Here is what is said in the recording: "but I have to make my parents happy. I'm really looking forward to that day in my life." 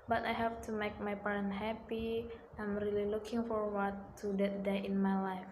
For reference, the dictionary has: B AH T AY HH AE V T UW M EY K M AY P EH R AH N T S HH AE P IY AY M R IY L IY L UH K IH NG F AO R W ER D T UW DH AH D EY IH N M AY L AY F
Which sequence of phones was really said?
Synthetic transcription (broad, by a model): B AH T AY HH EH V T UW M EY K M AY P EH R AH N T HH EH P IY AY M R IY L IY L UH K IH NG F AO R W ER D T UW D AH D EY IH N M AY L AY F